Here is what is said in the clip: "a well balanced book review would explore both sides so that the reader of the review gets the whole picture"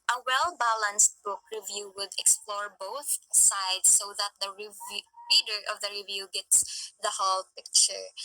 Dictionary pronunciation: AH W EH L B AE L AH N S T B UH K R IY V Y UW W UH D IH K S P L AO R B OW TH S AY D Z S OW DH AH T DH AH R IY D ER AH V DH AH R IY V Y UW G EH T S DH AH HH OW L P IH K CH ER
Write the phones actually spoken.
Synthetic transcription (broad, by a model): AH W EH L B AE L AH N S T B UH K R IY V Y UW W UH D IH K S P L AO R B OW TH S AY D S OW DH AH T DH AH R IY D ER AH V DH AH R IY V Y UW G EH T S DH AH HH OW L P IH K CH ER